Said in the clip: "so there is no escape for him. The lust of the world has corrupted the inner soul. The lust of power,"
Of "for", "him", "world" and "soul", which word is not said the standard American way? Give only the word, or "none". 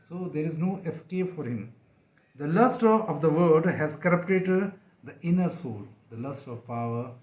world